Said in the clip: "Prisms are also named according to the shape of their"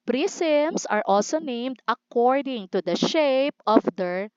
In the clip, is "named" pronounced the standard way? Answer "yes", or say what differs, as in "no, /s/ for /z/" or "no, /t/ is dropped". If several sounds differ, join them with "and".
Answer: yes